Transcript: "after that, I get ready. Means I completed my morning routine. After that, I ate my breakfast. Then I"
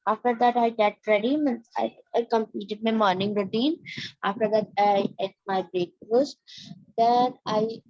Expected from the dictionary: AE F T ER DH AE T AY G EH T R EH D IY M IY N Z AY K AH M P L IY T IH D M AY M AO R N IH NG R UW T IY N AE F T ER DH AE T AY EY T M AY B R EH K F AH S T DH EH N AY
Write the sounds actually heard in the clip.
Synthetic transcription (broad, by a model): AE F T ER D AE T AY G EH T R EH D IY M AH N AY K AH M P L IY T IH D M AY M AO R N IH NG R UW T IY N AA F T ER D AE T AY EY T M AY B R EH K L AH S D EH N AY